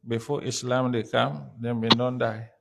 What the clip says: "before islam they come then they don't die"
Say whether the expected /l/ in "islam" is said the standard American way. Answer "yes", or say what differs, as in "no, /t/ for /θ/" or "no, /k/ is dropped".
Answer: yes